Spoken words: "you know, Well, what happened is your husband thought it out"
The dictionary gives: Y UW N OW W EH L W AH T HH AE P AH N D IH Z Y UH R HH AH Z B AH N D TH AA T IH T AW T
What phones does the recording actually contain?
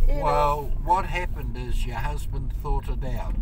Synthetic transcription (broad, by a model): W EH L W AH T HH AE P AH N D IH Z Y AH R HH AH Z B AH N D TH AA T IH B AW T